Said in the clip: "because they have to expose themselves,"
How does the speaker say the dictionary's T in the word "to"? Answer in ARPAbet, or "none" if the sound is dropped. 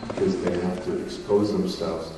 T